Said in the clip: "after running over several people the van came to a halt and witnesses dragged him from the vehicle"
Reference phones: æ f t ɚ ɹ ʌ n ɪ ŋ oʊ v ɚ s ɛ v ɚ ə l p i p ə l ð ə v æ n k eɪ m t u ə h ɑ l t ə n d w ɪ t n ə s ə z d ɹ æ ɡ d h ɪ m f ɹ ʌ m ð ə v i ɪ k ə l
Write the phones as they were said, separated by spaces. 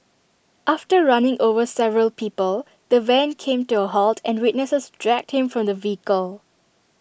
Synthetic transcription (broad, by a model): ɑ f t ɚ ɹ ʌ n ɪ ŋ oʊ v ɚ s ɛ v ɚ ə l p i p ə l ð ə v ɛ n k eɪ m t u ə h ɑ l t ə n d w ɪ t n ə s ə s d ɹ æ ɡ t h ɪ m f ɹ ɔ m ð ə v i k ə l